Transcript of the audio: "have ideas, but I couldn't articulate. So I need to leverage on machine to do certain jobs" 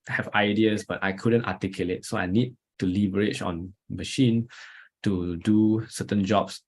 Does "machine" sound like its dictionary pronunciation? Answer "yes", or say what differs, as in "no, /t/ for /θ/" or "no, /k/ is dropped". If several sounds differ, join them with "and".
yes